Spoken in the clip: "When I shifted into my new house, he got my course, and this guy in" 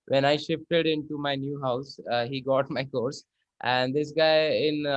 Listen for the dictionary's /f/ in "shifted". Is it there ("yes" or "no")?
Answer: yes